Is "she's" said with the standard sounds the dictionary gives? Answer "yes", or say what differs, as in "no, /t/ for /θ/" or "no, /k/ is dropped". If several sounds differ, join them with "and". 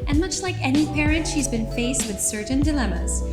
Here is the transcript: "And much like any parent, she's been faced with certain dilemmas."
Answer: yes